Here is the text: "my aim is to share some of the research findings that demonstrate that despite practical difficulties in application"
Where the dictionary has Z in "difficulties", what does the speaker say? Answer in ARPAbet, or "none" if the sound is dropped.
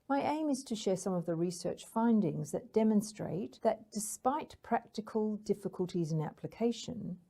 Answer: Z